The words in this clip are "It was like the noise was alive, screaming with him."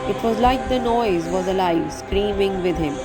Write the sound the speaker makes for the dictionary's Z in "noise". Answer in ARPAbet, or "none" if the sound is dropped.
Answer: Z